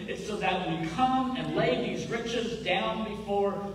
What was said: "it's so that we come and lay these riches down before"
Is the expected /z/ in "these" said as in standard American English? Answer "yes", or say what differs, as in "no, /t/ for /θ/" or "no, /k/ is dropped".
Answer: yes